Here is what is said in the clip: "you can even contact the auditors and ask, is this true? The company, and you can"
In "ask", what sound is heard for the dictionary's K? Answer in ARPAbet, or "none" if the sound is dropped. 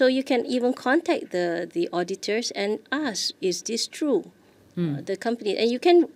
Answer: none